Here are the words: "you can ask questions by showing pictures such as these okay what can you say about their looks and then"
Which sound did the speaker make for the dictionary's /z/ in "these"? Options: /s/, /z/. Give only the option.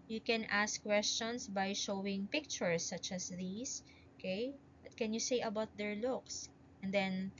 /s/